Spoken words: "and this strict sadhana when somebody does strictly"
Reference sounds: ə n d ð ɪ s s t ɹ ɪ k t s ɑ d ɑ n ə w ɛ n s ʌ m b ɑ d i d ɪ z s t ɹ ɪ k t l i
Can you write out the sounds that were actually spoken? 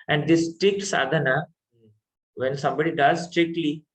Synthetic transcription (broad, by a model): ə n d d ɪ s s t ɪ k s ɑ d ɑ n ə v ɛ n s ʌ m b ɑ d i d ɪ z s t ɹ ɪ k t l i